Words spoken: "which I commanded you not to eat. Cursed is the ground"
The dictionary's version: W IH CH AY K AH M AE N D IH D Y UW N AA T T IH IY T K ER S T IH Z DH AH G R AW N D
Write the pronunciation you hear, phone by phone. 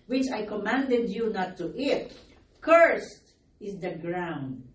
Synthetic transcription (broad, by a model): W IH CH AY K AH M AE N D IH D Y UW N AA T T IH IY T K ER S T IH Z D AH G R AW N D